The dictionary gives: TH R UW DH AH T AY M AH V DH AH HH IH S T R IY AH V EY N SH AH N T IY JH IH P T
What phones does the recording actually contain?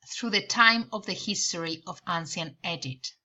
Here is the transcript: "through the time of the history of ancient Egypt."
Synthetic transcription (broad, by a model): TH R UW DH AH T AY M AH V DH AH HH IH S T R IY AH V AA N S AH N EH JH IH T